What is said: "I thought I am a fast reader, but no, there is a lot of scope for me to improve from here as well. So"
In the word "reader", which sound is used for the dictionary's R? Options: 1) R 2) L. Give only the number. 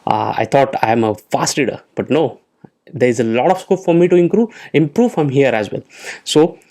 2